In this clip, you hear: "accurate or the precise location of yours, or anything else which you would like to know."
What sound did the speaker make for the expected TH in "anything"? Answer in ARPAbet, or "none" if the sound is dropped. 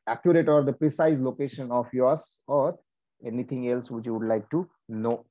T